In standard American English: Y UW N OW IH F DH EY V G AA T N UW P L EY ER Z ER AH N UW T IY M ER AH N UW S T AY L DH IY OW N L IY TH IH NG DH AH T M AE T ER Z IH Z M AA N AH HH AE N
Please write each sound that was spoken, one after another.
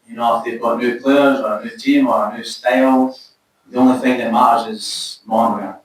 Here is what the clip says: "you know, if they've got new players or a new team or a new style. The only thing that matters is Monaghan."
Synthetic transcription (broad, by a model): Y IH N OW IH F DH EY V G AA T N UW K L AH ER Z ER AH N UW T IY M ER AH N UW S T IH L DH IY OW N L IY TH IH NG DH AH T M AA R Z IH Z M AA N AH